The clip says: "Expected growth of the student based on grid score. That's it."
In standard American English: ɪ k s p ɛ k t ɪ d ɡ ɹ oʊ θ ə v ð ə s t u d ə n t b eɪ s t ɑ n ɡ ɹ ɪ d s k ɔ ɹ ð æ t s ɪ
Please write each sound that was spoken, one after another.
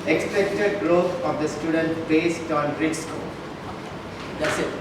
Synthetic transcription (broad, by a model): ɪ k s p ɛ k t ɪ d ɡ ɹ oʊ t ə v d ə s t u d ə n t b eɪ s t ɑ n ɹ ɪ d s k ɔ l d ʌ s